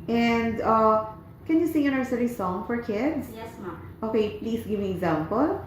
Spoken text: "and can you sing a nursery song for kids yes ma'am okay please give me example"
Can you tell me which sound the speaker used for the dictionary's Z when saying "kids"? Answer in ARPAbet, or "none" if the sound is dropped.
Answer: S